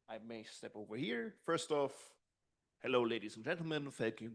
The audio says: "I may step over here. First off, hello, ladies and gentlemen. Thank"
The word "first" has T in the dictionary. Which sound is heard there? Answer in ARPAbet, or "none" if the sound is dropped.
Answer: T